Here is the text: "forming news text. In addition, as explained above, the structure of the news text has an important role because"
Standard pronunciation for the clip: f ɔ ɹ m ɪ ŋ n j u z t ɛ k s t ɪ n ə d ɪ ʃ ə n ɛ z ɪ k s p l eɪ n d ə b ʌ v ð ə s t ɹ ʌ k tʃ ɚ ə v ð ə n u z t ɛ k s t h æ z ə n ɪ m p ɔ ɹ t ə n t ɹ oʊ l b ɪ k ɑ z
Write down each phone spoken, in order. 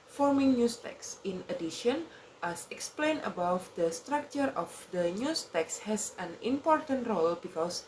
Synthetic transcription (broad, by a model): f ɔ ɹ m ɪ ŋ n j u s t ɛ k s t ɪ n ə d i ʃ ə n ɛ s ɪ k s p l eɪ n ə b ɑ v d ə s t ɹ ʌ k tʃ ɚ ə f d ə n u s t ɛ k s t h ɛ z ə n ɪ m p ɔ ɹ t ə n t ɹ oʊ l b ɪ k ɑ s